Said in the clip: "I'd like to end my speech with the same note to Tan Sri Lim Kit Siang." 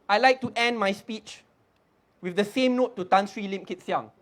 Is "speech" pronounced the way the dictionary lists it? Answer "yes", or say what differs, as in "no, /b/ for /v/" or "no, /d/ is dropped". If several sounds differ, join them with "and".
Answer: yes